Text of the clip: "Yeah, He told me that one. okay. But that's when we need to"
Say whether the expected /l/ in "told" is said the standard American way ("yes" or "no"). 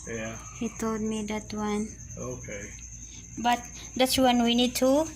no